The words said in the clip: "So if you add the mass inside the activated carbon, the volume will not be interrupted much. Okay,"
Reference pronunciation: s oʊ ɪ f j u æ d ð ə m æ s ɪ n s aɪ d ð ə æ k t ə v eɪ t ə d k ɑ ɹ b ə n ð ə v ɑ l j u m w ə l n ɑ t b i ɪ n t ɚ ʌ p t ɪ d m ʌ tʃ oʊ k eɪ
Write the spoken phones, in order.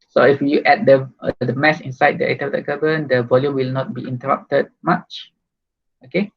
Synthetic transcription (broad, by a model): s oʊ ɪ f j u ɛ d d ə m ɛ s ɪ n s aɪ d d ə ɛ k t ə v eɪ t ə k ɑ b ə n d ə v ɑ l j u m w ə l n ɑ t b i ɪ n t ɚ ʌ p t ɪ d m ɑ tʃ oʊ k eɪ